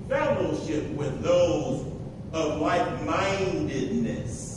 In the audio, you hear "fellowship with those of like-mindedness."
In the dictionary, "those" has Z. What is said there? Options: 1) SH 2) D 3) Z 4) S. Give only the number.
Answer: 3